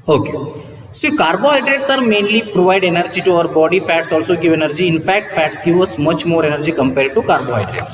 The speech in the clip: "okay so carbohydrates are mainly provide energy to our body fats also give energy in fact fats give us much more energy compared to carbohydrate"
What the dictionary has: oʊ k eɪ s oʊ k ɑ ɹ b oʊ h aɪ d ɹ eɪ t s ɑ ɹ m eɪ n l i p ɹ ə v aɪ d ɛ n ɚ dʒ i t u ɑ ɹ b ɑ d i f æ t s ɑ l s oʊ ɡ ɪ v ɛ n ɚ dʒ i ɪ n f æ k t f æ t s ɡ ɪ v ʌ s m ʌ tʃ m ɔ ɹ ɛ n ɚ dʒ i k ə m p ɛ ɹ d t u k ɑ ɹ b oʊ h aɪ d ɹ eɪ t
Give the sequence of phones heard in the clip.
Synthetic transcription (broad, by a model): oʊ k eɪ s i k ɑ ɹ b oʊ h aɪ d ɹ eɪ t s ɑ ɹ m eɪ n l i p ɹ ə v aɪ d ɛ n ɚ dʒ i t u ɑ ɹ b ɑ d i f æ t s ɑ l s oʊ ɡ ɪ v ɛ n ɚ dʒ i ɪ n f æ k t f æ t s ɡ ɪ v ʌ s m ʌ tʃ m ɔ ɹ ɛ n ɚ dʒ i k ə m p ɛ ɹ d t u k ɑ ɹ b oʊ h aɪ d ɹ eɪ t